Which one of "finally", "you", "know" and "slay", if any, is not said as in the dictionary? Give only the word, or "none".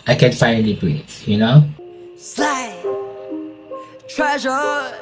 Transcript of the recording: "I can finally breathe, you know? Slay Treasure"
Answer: finally